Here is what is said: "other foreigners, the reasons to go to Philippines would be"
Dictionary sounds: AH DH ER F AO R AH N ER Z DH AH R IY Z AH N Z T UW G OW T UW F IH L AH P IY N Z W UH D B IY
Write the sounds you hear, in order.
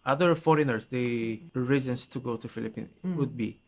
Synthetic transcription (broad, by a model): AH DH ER F AO R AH N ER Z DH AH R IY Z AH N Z T UW G OW T UW F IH L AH P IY N W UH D B IY